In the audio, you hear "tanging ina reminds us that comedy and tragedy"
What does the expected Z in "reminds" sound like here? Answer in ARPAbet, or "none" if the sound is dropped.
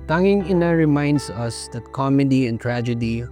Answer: S